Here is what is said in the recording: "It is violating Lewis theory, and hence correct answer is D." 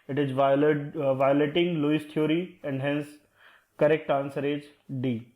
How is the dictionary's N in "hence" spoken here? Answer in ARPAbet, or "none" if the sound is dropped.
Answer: N